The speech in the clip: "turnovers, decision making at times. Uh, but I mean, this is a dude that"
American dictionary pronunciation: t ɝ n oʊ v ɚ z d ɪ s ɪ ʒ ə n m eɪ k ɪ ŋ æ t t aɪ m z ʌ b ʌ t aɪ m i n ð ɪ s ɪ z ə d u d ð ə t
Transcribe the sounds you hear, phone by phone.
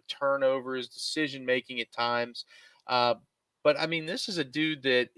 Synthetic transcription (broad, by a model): t ɝ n oʊ v ɚ z d ɪ s ɪ ʒ ə n m eɪ k ɪ ŋ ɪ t t aɪ m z ʌ b ʌ t aɪ m i n ð ɪ s ɪ z ə d u d ð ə t